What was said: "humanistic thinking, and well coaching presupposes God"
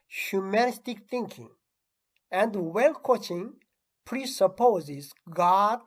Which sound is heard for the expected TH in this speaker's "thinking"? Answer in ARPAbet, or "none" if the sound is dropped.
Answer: T